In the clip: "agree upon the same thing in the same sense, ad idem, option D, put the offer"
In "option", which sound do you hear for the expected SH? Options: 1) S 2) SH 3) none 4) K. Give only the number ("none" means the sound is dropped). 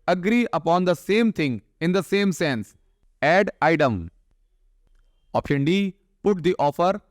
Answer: 3